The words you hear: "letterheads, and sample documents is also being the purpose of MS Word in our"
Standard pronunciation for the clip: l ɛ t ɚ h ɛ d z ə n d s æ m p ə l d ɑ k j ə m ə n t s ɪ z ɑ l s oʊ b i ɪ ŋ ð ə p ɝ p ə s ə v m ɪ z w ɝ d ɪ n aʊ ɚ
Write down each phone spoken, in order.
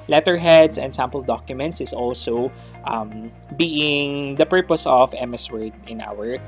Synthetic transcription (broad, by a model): l ɛ t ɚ h ɛ d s ə n d s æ m p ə l d ɑ k j ə m ə n t s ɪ s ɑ l s oʊ b i ɪ ŋ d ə p ɝ p ə s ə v m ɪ s w ɝ d ɪ n aʊ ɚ